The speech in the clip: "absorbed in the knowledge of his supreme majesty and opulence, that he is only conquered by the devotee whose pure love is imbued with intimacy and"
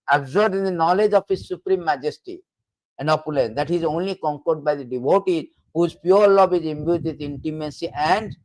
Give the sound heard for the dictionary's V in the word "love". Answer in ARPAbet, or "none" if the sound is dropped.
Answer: B